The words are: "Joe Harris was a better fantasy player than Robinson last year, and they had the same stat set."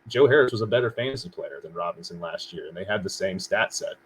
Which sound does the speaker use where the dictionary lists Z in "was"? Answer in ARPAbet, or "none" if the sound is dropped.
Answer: Z